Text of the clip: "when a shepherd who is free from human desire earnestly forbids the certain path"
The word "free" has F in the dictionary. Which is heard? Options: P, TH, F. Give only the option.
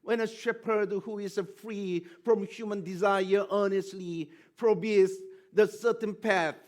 F